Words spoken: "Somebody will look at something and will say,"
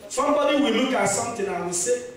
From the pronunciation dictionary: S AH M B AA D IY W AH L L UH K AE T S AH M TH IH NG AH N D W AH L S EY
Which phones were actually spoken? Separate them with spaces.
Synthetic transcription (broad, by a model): S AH M B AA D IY W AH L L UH K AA T S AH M T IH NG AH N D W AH S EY